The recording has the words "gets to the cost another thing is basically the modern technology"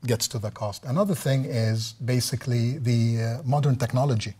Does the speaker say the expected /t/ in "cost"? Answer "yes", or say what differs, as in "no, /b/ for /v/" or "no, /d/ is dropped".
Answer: yes